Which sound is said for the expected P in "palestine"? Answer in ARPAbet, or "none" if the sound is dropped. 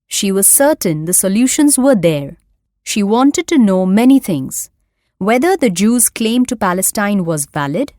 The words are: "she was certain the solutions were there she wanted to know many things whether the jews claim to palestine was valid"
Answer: P